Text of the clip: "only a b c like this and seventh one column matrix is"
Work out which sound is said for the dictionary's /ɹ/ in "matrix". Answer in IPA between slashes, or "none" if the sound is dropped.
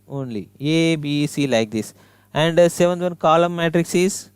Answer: /ɹ/